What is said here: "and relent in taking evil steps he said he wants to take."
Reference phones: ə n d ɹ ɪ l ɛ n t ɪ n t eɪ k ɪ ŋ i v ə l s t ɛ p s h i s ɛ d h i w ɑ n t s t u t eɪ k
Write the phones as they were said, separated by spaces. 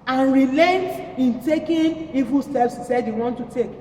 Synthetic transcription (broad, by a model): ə n ɹ ɪ l ɛ n t ɪ n t eɪ k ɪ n i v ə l s t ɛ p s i s ɛ d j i w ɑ n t t u t eɪ k